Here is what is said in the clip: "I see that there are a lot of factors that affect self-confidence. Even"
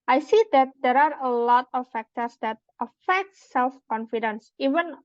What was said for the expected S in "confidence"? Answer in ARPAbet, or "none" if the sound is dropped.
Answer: S